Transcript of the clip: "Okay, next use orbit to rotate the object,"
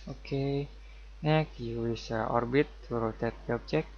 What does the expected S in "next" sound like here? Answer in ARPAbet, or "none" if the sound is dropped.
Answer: none